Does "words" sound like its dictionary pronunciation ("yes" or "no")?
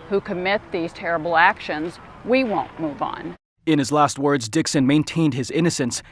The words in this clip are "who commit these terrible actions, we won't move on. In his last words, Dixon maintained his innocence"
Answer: yes